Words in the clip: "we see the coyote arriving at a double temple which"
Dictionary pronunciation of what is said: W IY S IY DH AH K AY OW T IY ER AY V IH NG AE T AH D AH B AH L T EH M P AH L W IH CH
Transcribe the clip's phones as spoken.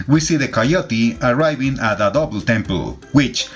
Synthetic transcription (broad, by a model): W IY S IY DH AH K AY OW T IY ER AY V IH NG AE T AH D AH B L T EH M P AH L W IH CH